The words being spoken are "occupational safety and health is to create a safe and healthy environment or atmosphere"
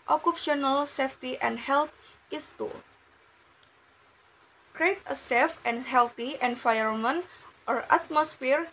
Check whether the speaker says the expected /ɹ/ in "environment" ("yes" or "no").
no